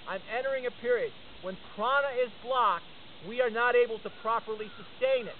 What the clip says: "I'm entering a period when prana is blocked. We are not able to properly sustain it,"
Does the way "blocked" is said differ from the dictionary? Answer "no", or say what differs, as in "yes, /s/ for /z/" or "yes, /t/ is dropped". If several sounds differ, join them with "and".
no